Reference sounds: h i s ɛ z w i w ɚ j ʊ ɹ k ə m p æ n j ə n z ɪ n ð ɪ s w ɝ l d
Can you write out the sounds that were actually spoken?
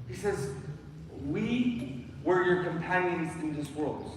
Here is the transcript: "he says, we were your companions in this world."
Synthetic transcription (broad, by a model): h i s ɛ z w i w ɚ j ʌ ɹ k ə m p æ n j ə n z ɪ n ð ɪ s w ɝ l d